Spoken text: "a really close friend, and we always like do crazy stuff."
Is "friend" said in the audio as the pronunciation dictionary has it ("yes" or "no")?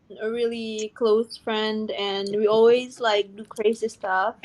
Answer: yes